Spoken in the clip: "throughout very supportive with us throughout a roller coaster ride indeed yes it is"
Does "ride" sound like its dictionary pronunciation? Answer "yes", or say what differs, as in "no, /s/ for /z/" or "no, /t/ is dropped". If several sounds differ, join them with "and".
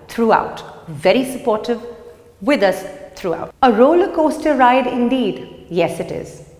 yes